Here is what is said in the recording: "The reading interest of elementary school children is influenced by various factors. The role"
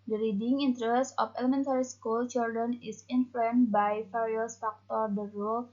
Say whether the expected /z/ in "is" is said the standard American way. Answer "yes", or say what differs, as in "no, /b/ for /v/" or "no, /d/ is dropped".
no, /s/ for /z/